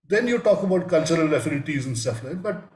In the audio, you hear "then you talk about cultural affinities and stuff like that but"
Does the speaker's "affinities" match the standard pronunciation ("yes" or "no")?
no